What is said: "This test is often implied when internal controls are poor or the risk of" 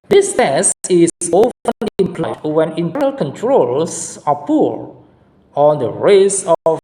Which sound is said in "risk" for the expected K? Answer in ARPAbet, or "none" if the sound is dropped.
none